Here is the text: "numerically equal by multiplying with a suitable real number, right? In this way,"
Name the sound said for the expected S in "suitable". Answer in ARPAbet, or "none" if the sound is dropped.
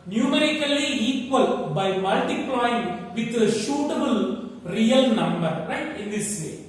SH